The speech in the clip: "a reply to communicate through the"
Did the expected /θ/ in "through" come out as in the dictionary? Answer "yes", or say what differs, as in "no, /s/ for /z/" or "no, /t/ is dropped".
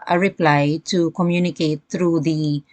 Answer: no, /t/ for /θ/